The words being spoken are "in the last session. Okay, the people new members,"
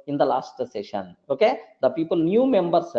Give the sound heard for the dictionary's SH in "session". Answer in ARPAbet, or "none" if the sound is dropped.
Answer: SH